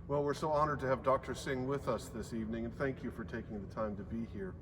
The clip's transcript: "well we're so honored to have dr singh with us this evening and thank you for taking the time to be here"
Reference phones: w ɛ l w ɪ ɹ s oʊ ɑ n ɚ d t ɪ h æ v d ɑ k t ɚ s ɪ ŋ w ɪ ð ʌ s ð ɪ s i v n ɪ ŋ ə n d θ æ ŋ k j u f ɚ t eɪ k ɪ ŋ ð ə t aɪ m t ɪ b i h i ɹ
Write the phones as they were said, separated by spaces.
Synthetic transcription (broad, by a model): w ɛ l w ɪ ɹ s oʊ ɑ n ɚ d t ɪ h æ v d ɑ k t ɚ s ɪ ŋ w ɪ ð ʌ s ð ɪ s i v n ɪ ŋ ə n θ æ ŋ k j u f ɚ t eɪ k ɪ ŋ ð ə t aɪ m t ɪ b i h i ɹ